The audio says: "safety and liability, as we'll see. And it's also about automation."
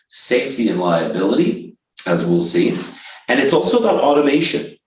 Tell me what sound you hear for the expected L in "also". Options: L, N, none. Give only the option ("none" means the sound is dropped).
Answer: L